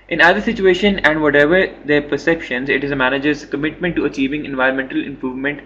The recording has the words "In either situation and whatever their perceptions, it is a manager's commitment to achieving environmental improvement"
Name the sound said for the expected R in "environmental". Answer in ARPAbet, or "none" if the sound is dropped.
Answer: R